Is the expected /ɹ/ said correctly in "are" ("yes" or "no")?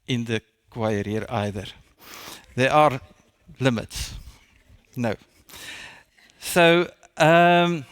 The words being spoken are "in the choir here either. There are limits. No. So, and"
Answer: yes